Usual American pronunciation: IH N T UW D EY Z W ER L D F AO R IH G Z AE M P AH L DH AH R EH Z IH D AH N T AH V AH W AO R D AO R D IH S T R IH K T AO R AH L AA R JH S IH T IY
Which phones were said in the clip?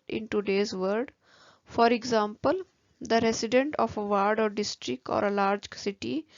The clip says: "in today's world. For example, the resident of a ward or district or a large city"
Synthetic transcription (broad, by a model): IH N T UW D EY Z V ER D F AO R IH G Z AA M P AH L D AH R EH S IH D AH N T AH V AH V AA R D AO R D IH S T R IH K T AO R AH L AA R JH S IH T IY